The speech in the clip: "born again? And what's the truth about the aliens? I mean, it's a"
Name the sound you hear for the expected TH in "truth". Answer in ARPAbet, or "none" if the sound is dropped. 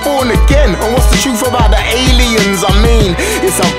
F